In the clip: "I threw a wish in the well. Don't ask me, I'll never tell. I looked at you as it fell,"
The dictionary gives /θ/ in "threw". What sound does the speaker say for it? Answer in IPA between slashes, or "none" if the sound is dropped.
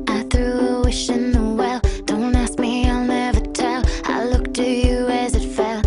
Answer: /θ/